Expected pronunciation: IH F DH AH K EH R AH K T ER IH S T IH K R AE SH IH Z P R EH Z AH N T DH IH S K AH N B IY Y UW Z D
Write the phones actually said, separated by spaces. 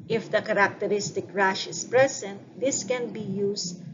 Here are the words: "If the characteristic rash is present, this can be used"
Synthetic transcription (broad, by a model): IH F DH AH K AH R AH K T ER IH S T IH K R AE SH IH S P R EH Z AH N T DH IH S K AH N B IY Y UW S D